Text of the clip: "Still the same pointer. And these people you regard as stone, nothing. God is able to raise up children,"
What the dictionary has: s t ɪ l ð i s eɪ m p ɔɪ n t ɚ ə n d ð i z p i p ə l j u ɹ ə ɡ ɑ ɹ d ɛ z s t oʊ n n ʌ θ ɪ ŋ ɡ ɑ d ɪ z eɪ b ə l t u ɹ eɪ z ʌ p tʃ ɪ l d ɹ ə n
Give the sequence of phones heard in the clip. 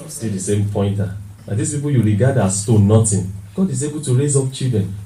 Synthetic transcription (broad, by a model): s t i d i s eɪ m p ɔɪ n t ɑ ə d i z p i p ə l j u ɹ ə ɡ ɑ d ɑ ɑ s t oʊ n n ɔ t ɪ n ɡ ɑ d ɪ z eɪ b ə l t u ɹ eɪ z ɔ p tʃ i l d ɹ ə n